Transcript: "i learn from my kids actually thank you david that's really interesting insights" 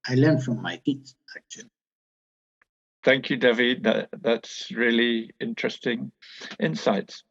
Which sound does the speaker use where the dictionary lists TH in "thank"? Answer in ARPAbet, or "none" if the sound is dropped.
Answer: TH